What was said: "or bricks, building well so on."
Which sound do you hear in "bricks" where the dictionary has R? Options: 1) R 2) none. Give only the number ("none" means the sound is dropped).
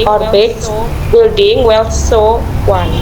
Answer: 2